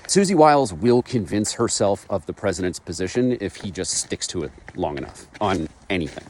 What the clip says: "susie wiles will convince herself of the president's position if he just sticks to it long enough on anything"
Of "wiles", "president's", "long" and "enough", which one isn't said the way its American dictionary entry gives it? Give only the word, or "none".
none